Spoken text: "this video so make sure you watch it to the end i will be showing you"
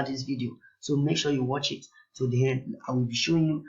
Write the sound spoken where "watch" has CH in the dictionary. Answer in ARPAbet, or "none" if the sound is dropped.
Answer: CH